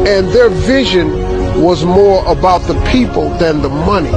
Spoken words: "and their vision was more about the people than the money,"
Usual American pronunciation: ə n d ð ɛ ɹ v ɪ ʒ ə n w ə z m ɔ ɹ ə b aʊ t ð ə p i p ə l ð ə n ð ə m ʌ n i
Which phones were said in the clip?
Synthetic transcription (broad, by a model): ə n ð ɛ ɹ v ɪ ʒ ə n w ə z m ɔ ɹ ə b aʊ t ð ə p i p ə l ð ə n ð ə m ʌ n i